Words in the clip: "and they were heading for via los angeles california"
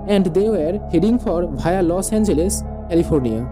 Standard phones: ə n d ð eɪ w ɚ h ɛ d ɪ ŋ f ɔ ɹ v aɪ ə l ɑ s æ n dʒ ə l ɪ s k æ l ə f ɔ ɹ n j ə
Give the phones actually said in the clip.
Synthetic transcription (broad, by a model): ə n d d eɪ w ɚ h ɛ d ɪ ŋ f ɔ ɹ b aɪ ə l ɑ s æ n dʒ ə l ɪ s k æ l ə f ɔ ɹ n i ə